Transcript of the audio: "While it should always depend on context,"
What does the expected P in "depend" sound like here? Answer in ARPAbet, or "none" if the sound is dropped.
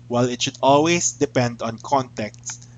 P